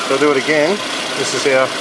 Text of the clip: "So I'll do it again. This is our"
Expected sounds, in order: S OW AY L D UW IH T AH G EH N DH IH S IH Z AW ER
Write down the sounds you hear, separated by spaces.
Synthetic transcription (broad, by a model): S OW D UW IH T AH G EH N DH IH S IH S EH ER